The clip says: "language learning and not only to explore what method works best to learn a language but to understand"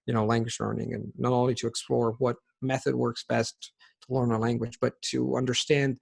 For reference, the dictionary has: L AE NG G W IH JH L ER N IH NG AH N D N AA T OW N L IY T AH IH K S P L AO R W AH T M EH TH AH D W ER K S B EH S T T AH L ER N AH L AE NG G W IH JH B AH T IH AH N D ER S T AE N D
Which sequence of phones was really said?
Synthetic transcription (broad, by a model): L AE NG G W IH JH L ER N IH NG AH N N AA T OW N L IY T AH IH K S P L AO R W AH T M EH TH AH D W ER K S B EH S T T AH L ER N AH L AE NG G W IH JH B AH T IH AH N D ER S T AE N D